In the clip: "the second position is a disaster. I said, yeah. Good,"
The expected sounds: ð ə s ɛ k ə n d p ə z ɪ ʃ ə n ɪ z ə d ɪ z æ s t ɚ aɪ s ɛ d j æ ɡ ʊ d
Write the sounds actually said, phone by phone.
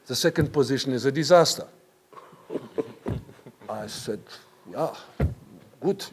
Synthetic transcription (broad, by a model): ð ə s ɛ k ə n d p ə z ɪ ʃ ə n ɪ z ə d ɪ z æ s t ɚ aɪ s ɛ d j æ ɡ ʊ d